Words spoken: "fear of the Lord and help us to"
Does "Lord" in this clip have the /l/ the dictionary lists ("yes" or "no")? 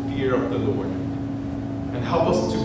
yes